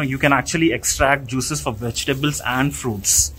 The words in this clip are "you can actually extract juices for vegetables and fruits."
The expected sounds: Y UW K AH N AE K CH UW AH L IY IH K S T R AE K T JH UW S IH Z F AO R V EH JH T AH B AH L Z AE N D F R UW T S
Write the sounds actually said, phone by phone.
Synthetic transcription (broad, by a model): Y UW K AH N AE K CH UW AH L IY IH K S T R AE K T JH UW S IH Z F AO R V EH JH T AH B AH L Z AE N D F R UW T S